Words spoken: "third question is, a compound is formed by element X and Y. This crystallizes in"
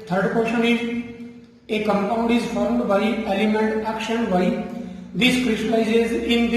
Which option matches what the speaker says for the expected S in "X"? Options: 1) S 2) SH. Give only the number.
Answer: 2